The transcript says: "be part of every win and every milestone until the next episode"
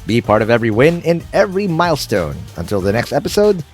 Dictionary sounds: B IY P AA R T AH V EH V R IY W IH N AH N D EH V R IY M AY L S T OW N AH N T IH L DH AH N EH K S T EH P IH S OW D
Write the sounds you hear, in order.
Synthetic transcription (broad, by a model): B IY P AA R T AH V EH V R IY W IH N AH N EH V R IY M AY L S T OW N AH N T IH L DH AH N EH K S T EH P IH S OW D